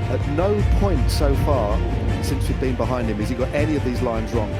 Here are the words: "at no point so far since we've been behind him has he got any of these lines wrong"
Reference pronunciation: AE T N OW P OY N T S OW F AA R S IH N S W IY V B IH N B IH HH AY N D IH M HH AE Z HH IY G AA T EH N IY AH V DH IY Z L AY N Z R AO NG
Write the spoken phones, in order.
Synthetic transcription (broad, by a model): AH T N OW P OY N T S OW F AA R S IH N S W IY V B IH N B IH HH AY N D IH M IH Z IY G AA T EH N IY AH V DH IY Z L AY N Z R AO NG